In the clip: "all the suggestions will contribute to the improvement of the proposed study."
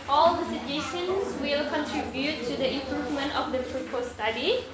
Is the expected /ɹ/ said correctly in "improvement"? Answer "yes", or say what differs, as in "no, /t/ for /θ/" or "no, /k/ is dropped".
yes